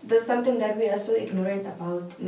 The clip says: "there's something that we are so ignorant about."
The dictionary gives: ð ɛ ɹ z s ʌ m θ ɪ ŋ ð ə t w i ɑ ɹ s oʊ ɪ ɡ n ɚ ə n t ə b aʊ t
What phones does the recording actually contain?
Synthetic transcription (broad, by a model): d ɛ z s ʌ m t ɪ ŋ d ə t w i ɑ l s oʊ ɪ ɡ n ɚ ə n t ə b aʊ t